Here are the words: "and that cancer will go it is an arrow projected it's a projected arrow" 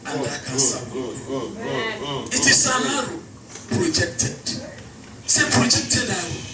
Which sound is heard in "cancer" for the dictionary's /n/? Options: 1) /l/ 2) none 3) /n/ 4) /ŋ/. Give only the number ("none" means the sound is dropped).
2